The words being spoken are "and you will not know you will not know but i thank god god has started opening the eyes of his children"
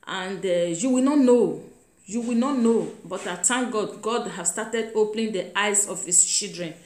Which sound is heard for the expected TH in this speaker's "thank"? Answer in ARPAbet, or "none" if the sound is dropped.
T